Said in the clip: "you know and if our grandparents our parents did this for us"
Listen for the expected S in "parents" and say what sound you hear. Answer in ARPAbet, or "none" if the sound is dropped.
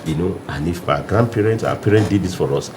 none